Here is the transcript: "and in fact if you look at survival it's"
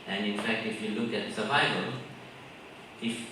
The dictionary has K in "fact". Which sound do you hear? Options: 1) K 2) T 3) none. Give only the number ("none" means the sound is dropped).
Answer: 1